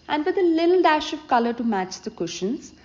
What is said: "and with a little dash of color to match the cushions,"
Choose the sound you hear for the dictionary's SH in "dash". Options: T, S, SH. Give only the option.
SH